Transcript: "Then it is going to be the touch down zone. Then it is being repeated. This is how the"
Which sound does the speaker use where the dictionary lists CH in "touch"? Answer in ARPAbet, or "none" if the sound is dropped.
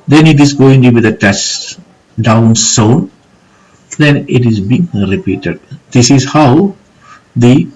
S